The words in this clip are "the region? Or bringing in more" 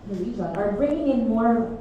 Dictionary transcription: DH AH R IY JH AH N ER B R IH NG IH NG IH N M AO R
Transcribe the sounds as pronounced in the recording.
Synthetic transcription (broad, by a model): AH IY Z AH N ER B R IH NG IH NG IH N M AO R